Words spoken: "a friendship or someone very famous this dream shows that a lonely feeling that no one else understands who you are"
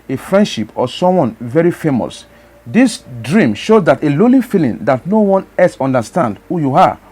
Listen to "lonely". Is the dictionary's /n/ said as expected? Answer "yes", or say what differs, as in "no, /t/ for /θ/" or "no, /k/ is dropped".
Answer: no, /n/ is dropped